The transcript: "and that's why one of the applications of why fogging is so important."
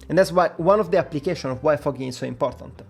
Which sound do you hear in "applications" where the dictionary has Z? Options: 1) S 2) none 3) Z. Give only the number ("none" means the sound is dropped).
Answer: 2